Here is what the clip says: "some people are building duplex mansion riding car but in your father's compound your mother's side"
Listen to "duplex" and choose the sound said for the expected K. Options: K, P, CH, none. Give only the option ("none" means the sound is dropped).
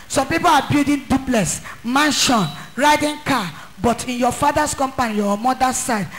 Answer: none